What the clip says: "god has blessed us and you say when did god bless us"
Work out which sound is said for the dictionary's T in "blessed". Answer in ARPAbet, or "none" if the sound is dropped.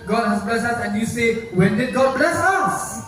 none